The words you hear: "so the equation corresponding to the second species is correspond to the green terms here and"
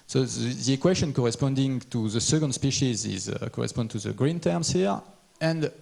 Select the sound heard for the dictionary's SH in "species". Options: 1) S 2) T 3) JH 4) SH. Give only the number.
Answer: 4